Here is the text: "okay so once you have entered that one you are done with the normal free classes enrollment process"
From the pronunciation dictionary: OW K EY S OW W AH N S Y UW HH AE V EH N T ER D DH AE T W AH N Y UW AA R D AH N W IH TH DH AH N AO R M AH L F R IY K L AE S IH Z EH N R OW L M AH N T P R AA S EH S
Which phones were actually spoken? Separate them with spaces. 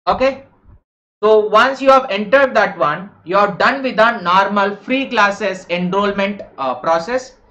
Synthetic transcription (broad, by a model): OW K EY S OW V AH N S Y UW HH AE V EH N T ER D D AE T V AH N Y UW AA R D AH N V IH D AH N AO R M AH L F R IY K L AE S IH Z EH N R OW L M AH N T P R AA S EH S